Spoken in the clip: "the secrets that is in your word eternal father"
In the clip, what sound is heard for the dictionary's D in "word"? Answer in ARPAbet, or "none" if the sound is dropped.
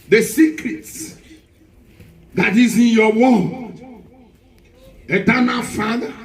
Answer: none